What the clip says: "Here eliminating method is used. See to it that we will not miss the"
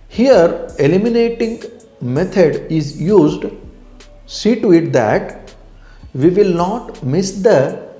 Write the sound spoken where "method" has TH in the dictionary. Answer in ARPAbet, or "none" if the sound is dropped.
T